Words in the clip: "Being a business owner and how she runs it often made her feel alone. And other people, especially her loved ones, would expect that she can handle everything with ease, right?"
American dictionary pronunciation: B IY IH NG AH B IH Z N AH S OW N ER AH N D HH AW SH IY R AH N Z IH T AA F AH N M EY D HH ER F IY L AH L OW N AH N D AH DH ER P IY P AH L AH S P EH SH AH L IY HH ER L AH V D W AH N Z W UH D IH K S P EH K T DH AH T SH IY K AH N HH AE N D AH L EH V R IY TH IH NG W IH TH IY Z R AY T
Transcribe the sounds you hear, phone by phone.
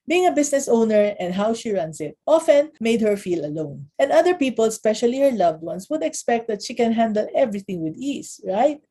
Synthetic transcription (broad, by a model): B IY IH NG AH B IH S N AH S OW N ER AH N D HH AW SH IY R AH N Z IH T AA F AH N M EY D HH ER F IY L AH L OW N AH N D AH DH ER P IY P AH L S P EH SH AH L IY HH ER L AH V D W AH N S W UH D IH K S P EH K T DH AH T SH IY K AH N HH AE N D AH L EH V R IY TH IH NG W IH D IY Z R AY T